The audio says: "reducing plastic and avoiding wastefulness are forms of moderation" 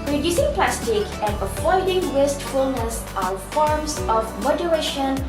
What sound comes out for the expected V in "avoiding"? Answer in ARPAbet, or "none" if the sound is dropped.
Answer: F